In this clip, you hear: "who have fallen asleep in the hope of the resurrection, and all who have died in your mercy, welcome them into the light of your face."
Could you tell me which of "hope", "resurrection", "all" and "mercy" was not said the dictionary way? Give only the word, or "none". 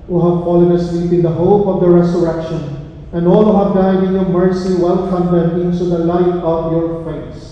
resurrection